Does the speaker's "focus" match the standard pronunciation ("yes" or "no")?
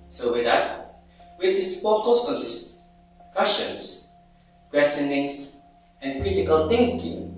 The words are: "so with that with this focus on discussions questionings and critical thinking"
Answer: no